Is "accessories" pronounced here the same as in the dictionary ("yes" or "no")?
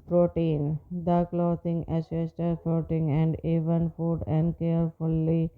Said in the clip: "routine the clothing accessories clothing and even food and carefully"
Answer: no